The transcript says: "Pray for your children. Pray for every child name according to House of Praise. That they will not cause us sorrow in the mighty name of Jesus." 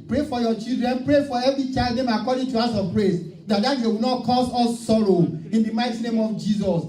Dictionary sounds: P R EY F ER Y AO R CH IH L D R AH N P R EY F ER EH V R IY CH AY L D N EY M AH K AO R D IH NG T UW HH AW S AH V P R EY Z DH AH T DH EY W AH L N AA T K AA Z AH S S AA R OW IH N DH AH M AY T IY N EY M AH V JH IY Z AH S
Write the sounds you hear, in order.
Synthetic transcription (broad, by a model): P R EY F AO Y AO CH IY L D R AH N P R EY F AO EH V R IY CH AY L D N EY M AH K AO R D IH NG T UW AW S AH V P R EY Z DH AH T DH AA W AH W N AA T K AA S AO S S AA R OW IH N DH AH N AY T IY N EY M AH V JH IY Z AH S